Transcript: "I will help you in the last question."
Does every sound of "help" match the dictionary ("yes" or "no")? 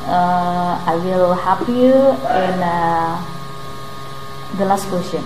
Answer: no